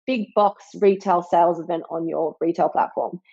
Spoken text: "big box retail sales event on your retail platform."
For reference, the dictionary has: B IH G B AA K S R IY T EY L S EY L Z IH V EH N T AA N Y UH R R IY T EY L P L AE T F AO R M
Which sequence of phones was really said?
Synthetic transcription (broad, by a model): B IH G B AA K S R IY T EY L S EY L Z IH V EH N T N Y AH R R IY T EY L P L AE T F AO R M